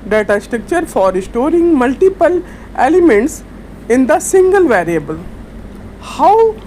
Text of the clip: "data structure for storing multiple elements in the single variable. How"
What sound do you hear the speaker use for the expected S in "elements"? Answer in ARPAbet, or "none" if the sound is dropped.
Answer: S